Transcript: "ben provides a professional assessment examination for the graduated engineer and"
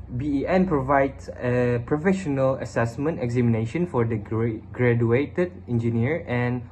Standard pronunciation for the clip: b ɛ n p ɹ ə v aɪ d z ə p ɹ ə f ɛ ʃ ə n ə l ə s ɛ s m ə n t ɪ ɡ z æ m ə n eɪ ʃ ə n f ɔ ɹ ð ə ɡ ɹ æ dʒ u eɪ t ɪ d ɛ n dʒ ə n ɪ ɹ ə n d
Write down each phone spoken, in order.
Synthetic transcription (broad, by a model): b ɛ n p ɹ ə v aɪ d s ə p ɹ ə f ɛ ʃ ə n ə l ə s ɛ s m ə n t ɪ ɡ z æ m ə n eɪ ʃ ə n f ɔ ɹ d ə ɡ ɹ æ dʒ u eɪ t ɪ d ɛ n dʒ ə n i ɹ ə n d